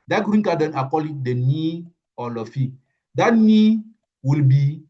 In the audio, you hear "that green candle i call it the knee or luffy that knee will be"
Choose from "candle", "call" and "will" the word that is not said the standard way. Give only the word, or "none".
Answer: candle